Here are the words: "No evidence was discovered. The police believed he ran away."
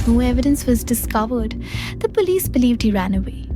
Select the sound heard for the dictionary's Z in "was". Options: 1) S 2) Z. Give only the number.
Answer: 2